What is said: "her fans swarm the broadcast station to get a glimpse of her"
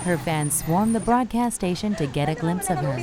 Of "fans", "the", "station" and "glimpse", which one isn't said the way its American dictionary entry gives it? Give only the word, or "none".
none